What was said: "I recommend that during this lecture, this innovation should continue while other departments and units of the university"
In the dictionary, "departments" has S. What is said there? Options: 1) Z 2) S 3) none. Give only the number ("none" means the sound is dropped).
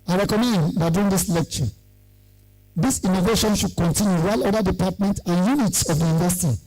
3